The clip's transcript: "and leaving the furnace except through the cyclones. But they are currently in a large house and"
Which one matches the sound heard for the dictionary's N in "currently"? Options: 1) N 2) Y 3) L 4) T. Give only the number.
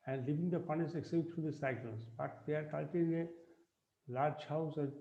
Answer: 3